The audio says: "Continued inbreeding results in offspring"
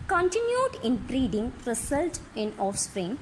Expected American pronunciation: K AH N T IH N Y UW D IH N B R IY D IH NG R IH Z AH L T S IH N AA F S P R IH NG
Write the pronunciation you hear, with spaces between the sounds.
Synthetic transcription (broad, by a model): K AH N T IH N Y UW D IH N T R IY D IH NG R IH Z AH L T IH N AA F S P R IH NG